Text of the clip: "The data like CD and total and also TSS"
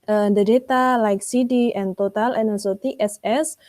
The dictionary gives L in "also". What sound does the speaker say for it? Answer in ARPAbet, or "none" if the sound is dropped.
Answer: none